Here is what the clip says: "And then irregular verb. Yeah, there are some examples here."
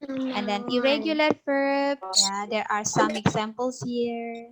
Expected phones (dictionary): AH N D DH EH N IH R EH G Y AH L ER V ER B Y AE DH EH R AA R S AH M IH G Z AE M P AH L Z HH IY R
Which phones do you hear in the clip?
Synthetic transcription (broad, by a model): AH N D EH N IH R EH G Y AH L ER F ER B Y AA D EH R AA R S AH M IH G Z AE M P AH L S HH IY R